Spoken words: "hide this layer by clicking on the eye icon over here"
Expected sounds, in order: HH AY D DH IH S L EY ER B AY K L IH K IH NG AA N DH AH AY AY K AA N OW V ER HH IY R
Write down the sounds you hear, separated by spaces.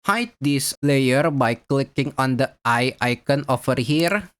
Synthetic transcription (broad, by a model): HH AY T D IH S L EY ER B AY K L IH K IH NG AA N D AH AY AY K AA N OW F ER HH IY R